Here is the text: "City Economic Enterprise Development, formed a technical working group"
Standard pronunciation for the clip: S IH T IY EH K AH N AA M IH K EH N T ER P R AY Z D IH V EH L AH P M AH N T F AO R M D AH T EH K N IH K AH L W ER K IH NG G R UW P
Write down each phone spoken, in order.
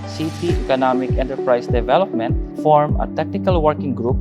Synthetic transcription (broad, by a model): S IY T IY EH K AH N AA M IH K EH N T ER P R AY S D IH V EH L AH P M AH N T F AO R M AH T EH K N IH K AH L W ER K IH NG G R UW P